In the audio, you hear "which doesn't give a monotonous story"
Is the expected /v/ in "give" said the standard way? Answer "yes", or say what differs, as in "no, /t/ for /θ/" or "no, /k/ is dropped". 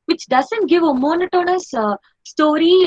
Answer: yes